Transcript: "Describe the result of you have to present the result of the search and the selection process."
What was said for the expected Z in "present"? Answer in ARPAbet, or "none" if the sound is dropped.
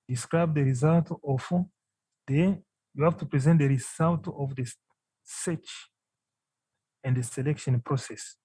Z